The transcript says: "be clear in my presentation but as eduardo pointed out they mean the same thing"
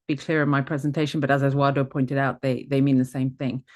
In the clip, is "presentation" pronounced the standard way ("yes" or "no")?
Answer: yes